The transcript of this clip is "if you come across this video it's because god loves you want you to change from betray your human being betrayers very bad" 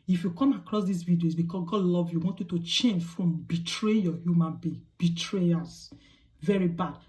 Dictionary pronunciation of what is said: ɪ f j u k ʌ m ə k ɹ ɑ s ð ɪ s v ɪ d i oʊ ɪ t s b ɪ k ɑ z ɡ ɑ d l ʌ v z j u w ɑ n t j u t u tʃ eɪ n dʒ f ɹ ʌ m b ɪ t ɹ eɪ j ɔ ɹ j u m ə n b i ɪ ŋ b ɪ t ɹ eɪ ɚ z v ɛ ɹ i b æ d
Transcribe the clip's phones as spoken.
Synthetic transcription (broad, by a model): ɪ f j u k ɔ m ə k ɹ ɑ s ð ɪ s v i d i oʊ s b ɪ k ɑ s ɡ ɑ d l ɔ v j u w ɑ n t j u t u tʃ eɪ n dʒ f ɹ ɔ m b ɪ t ɹ eɪ j ɔ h j u m ə n b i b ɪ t ɹ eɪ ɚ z v ɛ ɹ i b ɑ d